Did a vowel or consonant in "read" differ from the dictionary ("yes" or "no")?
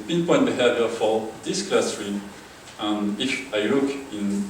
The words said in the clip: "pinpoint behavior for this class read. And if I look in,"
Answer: yes